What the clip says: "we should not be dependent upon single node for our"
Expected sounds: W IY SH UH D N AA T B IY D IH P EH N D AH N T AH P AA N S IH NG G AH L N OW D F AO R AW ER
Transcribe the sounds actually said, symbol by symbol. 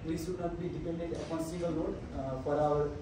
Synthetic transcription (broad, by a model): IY S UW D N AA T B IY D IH P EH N D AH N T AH P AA N S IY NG G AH L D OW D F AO R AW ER